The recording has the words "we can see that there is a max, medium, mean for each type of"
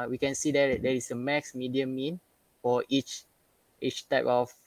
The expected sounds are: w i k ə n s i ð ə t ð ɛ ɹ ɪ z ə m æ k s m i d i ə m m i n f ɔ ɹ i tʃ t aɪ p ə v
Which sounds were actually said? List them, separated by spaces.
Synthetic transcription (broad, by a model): w i k ə n s i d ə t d ɛ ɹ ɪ s ə m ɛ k s m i d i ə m m i n f ɔ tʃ i tʃ t aɪ p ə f